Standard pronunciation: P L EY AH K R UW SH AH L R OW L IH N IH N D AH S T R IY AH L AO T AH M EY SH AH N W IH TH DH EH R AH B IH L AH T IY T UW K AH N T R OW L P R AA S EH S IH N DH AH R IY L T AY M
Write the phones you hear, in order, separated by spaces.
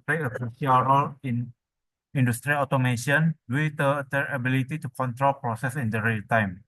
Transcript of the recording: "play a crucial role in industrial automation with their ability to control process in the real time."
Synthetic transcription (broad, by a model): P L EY AH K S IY AH L R OW L IH N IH N D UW S T R IY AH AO T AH M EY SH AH N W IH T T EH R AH B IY L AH T IY T UW K AH N T R OW L P R AA S EH S IH N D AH R IY L T AY M